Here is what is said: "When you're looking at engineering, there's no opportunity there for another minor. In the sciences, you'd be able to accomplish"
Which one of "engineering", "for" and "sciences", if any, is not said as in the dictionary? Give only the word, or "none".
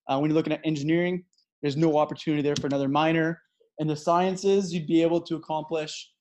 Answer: none